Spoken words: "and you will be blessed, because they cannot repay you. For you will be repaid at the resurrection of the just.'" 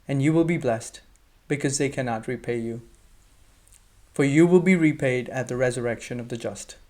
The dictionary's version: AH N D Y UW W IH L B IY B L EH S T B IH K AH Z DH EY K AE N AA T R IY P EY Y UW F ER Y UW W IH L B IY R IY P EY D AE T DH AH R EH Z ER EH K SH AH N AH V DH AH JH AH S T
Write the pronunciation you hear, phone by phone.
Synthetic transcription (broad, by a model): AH N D Y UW W IH L B IY B L EH S T B IH K AH Z DH EY K AE N AA T R IY P EY Y UW F ER Y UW W IH L B IY R IY P EY D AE T DH AH R EH Z ER EH K SH AH N AH V DH AH JH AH S T